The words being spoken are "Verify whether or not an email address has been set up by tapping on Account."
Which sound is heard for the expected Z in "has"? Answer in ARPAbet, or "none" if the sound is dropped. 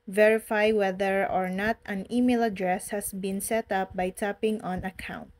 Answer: S